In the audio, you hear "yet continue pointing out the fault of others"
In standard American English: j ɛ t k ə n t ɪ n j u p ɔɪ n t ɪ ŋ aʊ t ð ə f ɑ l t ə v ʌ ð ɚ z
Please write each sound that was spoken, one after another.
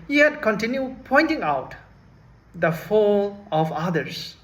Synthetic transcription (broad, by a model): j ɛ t k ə n t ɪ n j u p ɔɪ n t ɪ ŋ aʊ t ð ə f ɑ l ə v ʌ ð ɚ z